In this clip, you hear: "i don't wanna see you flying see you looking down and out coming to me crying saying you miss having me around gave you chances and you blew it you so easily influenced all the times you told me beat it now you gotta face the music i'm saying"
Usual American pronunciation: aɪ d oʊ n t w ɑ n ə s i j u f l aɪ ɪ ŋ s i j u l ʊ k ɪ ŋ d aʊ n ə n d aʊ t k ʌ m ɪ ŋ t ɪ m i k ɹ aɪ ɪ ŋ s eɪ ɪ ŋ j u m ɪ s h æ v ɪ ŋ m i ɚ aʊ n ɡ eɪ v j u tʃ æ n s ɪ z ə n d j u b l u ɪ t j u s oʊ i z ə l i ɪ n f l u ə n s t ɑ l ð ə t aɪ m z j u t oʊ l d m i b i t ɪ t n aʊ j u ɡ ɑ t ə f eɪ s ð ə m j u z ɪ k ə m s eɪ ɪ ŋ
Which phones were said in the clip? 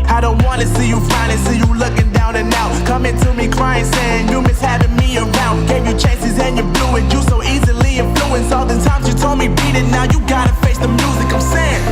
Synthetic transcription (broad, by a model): aɪ d oʊ n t w ɑ n ə s i j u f aɪ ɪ s i j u l ʊ k ɪ ŋ d aʊ n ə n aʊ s k ʌ m ɪ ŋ t ɪ m i k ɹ aɪ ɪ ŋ s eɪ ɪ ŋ j u m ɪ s h æ v ɪ ŋ m i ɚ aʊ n ɡ eɪ v j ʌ tʃ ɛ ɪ s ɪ z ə n j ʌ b l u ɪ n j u s oʊ i z ə l i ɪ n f l u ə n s ɑ l ð ə t aɪ m z j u t oʊ l d m i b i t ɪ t n aʊ j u ɡ ɑ t ə f eɪ s ð ə m j u z ɪ k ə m s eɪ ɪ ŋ